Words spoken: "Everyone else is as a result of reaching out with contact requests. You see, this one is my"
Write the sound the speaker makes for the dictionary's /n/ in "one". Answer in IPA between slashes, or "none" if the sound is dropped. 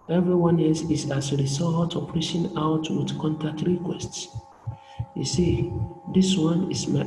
/n/